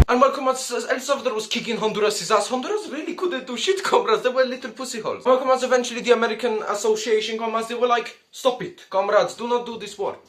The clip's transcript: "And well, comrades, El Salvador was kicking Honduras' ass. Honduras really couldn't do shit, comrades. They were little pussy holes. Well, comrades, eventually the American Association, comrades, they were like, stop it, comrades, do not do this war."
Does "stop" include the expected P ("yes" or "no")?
yes